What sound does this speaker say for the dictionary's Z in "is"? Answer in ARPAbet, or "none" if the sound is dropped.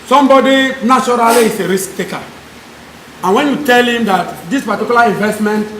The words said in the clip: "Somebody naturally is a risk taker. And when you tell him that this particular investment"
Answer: S